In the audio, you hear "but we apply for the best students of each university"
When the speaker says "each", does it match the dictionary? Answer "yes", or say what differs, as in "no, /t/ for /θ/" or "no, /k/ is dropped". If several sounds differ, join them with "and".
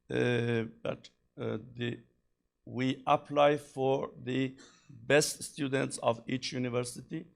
yes